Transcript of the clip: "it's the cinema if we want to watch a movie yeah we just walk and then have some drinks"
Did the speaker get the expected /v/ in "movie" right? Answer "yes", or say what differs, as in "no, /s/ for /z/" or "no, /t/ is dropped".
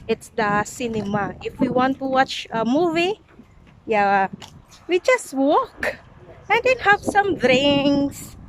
yes